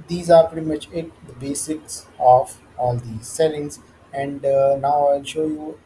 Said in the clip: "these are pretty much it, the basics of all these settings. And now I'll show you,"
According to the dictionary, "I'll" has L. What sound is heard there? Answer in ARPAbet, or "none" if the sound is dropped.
L